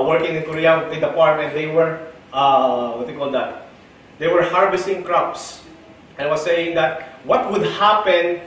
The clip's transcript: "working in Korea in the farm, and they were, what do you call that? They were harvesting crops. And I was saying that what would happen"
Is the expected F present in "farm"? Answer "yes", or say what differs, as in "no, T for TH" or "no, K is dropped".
no, P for F